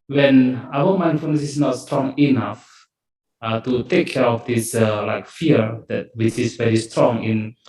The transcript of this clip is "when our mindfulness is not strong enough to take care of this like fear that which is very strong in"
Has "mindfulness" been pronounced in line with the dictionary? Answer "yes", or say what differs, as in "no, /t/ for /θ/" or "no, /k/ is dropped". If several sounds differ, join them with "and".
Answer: no, /l/ is dropped